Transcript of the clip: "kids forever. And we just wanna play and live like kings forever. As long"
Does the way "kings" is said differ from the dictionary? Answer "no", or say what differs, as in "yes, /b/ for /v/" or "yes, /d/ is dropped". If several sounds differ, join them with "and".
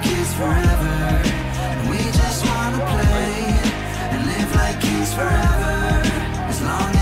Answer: yes, /ŋ/ is dropped